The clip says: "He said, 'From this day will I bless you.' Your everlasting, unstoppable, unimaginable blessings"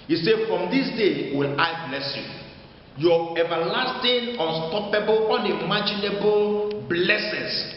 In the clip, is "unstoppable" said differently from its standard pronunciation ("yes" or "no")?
no